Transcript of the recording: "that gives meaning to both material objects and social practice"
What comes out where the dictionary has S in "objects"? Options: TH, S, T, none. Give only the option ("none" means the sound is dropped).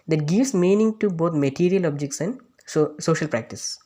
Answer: S